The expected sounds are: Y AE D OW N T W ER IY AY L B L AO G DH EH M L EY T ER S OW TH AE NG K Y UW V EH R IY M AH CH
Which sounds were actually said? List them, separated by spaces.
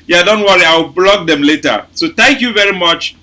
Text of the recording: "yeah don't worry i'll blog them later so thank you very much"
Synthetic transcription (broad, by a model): Y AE D OW N T W ER IY AY W B L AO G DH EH M L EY T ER S OW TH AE NG K Y UW V EH R IY M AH CH